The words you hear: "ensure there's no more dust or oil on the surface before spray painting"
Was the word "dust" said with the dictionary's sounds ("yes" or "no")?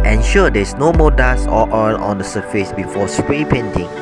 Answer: no